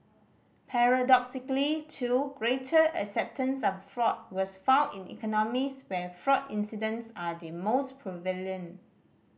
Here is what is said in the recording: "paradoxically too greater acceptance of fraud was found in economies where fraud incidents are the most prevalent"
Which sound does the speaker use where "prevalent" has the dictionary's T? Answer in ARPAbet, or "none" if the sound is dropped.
none